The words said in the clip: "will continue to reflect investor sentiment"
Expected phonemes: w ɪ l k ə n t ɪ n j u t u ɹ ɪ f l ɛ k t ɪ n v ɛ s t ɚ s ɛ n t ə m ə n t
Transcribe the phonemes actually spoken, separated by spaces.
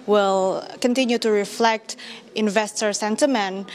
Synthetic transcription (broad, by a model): w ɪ l k ə n t ɪ n j u t u ɹ ɪ f l ɛ k t ɪ n v ɛ s t ɚ s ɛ n t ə m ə n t